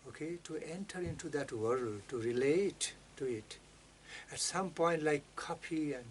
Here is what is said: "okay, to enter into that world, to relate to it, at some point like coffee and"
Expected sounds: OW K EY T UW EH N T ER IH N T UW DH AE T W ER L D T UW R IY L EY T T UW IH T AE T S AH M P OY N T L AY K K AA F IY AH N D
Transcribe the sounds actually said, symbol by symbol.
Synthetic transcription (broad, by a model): OW K EY T UW EH N T ER IH N T UW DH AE T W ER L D T UW R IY L EY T T UW IH T AE T S AH M P OY N T L AY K K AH P IY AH N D